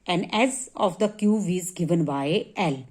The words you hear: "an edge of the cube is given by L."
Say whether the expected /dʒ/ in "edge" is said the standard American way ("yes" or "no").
no